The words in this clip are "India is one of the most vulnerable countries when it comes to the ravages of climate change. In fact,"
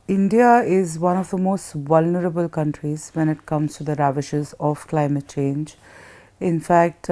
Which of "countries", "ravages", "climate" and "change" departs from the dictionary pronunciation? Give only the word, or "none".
ravages